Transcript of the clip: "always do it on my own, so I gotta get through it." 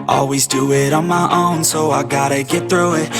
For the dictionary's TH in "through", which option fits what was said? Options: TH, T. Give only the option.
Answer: TH